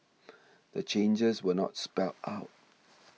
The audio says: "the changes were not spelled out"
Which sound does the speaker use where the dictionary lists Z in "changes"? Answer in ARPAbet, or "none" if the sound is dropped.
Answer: Z